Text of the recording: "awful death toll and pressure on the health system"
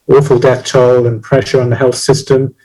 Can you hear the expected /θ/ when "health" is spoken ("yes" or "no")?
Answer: yes